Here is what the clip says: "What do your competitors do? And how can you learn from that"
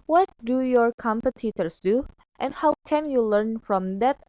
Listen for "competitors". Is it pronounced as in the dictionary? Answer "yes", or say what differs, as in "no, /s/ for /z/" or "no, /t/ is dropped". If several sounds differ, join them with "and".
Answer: no, /s/ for /z/